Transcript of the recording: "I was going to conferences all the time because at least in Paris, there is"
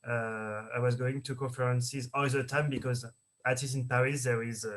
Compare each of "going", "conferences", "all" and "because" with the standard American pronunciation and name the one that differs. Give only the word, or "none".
none